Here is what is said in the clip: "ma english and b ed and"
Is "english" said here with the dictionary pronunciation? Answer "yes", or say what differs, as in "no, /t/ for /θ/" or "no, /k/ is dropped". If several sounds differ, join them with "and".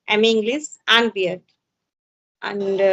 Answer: no, /s/ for /ʃ/